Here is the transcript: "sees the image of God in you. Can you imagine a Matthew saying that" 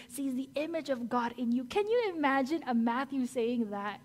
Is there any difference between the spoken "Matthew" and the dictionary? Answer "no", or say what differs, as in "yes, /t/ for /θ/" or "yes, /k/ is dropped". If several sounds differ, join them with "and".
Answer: no